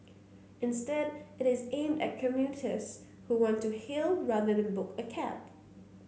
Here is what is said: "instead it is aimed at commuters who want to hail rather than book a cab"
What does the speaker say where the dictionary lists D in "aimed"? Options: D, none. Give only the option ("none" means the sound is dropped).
D